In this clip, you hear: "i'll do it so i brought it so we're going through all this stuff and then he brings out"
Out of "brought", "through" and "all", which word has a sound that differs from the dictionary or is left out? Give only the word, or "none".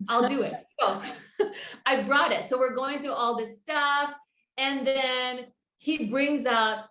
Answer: none